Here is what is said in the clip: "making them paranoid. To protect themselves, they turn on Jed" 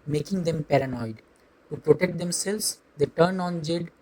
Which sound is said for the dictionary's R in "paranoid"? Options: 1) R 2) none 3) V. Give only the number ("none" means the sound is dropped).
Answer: 1